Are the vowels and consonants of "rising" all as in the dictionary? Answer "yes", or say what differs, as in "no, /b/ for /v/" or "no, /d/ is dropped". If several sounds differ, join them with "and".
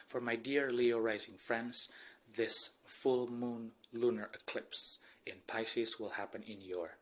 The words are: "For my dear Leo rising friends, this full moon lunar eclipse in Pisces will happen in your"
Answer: yes